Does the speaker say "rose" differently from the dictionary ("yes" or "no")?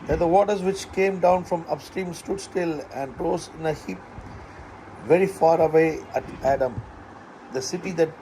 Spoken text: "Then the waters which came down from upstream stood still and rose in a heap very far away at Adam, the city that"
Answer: yes